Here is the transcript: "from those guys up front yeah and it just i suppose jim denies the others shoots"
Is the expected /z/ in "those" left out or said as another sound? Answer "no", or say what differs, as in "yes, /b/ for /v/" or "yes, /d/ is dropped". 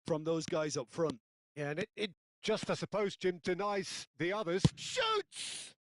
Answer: no